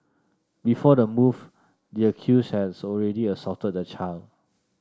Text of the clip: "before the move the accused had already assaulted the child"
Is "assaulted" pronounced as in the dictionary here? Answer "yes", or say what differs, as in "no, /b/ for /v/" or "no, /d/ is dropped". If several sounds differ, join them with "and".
no, /l/ is dropped